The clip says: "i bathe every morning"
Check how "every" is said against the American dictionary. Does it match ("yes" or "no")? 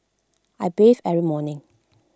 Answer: no